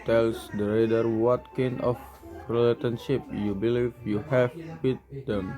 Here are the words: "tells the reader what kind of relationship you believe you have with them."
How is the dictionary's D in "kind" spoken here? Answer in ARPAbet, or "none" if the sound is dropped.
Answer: none